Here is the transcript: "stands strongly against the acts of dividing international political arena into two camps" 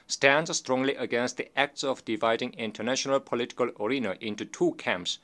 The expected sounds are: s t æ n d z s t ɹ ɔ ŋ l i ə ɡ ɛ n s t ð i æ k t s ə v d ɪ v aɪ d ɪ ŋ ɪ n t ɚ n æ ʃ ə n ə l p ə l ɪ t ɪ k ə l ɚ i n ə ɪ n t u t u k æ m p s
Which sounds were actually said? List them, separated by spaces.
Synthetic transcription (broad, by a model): s t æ n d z s t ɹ ɔ ŋ l i ə ɡ ɛ n s t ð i æ k t s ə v d ɪ v aɪ d ɪ ŋ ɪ n t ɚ n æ ʃ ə n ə l p ə l ɪ t ɪ k ə l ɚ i n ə ɪ n t u t u k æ m p s